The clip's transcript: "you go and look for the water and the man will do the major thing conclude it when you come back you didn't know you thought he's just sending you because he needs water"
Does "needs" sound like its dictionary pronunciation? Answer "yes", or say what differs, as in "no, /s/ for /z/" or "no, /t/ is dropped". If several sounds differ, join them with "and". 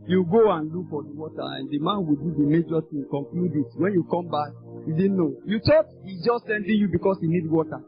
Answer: no, /z/ is dropped